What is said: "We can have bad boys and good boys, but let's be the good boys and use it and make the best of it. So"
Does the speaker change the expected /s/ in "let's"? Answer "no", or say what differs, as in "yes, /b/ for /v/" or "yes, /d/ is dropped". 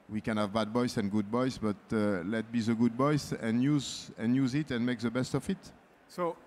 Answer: yes, /s/ is dropped